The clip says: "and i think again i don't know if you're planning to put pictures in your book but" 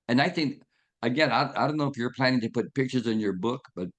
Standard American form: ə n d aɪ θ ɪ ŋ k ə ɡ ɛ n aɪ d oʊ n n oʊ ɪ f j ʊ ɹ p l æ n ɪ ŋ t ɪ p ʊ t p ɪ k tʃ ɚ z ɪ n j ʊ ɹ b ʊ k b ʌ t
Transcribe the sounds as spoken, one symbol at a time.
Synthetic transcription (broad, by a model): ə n aɪ θ ɪ ŋ k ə ɡ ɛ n aɪ d oʊ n n oʊ ɪ f j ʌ ɹ p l æ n ɪ ŋ t ɪ p ʊ t p ɪ k tʃ ɚ z ɪ n j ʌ ɹ b ʊ k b ʌ t